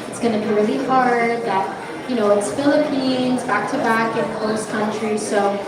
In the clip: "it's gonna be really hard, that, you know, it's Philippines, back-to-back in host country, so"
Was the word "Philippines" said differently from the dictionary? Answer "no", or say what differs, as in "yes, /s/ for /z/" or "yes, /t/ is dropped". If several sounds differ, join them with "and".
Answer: no